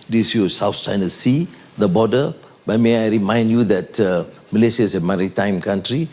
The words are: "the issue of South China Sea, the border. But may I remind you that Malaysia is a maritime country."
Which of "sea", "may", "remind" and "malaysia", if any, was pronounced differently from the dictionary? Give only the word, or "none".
malaysia